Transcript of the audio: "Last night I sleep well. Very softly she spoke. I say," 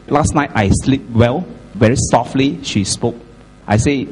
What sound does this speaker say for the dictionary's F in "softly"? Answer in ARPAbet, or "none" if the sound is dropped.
F